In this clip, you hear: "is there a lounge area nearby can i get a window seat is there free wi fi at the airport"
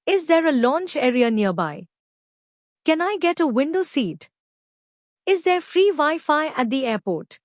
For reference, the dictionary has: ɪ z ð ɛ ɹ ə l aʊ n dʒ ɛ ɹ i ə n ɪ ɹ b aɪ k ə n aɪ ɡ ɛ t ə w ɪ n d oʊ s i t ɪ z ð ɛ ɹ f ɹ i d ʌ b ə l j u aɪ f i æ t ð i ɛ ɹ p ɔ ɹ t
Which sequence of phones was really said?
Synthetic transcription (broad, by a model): ɪ z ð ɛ ɹ ə l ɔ n tʃ ɛ ɹ i ə n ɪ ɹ b aɪ k ə n aɪ ɡ ɛ t ə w ɪ n d oʊ s i t ɪ z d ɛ ɹ f ɹ i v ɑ ə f aɪ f æ t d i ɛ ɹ p ɔ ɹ t